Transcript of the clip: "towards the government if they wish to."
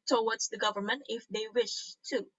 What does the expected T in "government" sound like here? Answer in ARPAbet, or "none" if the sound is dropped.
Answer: T